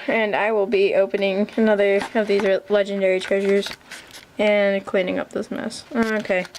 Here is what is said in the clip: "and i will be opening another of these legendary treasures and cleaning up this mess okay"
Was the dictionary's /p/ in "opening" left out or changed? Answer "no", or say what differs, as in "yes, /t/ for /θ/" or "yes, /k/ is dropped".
no